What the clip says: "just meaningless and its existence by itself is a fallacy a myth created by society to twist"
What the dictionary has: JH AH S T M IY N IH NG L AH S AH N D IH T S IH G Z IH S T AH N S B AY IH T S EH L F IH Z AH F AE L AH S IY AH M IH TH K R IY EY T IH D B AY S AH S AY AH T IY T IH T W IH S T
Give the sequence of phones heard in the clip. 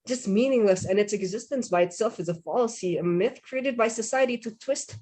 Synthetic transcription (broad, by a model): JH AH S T M IY N IH NG L AH S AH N IH T S IH G Z IH S T AH N S B AY IH T S EH L F IH Z AH F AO L S IY AH M IH TH K R IY EY T IH D B AY S AH S AY AH T IY T IH T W IH S T